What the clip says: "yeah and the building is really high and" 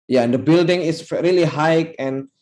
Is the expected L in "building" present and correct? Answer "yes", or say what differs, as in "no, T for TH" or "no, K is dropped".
yes